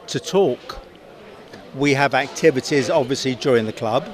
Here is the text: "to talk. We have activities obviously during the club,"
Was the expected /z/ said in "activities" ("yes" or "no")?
yes